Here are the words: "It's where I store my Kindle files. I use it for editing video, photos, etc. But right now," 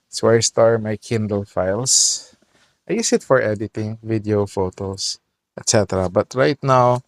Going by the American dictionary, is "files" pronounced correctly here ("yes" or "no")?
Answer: no